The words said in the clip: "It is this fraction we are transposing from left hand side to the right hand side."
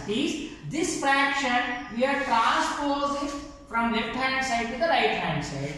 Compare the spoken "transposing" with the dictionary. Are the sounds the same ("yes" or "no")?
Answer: no